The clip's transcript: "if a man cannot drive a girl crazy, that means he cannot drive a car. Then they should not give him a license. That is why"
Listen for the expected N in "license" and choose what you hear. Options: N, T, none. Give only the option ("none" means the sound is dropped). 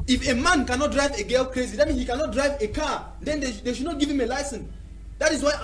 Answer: N